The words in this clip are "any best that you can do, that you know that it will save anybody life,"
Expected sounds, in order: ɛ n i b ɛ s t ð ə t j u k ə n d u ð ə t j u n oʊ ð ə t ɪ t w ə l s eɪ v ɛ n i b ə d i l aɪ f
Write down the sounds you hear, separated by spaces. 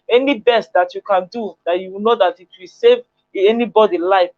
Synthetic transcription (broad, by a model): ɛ n i b ɛ s t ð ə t j u k ə n d u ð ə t j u n oʊ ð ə t ɪ t w ə l s eɪ v ɛ n i b ə d i l aɪ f